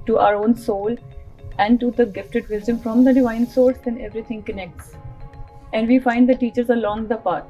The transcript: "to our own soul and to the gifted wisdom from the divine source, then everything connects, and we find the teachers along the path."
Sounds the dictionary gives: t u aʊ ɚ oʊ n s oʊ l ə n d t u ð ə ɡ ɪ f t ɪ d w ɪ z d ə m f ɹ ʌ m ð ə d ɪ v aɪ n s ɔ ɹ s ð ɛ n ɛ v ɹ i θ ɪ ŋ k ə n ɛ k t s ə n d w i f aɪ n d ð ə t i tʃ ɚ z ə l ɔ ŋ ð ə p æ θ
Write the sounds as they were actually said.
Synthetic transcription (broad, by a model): t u aʊ ɚ oʊ n s oʊ l ə n d t u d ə ɡ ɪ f t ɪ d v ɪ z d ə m f ɹ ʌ m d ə d ɪ v aɪ n s ɔ ɹ s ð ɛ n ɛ v ɹ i t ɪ ŋ k ə n ɛ k t s ə n d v i f aɪ n d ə t i tʃ ɚ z ə l ɔ ŋ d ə p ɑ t